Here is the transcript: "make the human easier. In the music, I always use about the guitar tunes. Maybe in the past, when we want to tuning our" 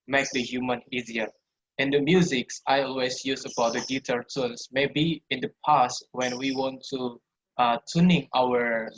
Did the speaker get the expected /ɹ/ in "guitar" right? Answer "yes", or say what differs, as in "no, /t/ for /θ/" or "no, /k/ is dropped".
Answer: no, /l/ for /ɹ/